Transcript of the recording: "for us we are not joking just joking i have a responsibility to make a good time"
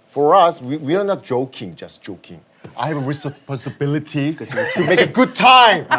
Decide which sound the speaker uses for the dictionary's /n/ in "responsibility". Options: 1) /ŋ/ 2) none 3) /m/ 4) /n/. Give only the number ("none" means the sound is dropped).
2